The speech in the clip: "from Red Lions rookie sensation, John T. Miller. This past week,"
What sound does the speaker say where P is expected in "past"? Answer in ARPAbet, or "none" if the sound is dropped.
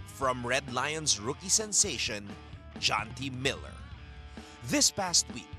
P